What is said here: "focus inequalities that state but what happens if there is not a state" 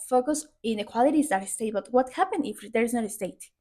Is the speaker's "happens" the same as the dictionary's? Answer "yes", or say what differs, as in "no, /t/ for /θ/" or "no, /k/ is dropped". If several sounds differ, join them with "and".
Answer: no, /z/ is dropped